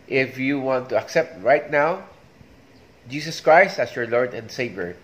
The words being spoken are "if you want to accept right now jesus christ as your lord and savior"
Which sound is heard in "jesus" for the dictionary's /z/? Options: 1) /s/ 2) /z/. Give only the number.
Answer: 1